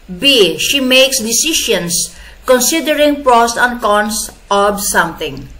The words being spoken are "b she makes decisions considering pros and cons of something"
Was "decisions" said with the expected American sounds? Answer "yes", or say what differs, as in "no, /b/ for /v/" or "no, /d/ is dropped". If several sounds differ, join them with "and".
no, /ʃ/ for /ʒ/ and /s/ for /z/